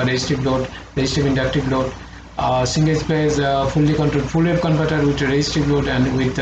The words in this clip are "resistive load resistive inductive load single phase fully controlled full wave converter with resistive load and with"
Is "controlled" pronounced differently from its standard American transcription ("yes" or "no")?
yes